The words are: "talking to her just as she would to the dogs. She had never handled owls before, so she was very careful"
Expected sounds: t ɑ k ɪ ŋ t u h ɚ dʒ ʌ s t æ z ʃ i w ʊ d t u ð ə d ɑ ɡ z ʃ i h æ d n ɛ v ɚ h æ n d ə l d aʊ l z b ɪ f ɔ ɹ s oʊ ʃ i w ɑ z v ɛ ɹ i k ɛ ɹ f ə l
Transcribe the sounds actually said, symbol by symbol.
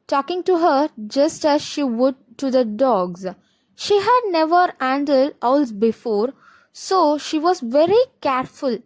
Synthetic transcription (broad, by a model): t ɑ k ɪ ŋ t u h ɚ dʒ ʌ s t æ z ʃ i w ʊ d t u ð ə d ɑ ɡ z ʃ i h æ d n ɛ v ɚ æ n d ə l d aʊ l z b ɪ f ɔ ɹ s oʊ ʃ i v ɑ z v ɛ ɹ i k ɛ ɹ f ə l